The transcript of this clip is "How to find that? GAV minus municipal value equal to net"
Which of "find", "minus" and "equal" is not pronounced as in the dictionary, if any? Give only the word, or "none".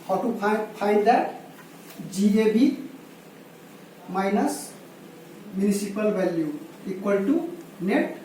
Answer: find